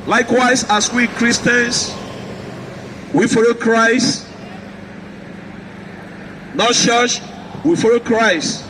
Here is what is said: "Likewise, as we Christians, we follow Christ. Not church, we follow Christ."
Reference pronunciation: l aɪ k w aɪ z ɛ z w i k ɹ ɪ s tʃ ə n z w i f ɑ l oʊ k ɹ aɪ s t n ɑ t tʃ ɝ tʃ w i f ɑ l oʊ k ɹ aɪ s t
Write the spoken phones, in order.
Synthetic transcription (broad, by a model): l aɪ k w aɪ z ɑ s w i k ɹ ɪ s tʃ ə n s w i f ɑ l oʊ k ɹ aɪ s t n ɑ t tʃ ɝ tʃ w i f ɑ l oʊ k ɹ aɪ s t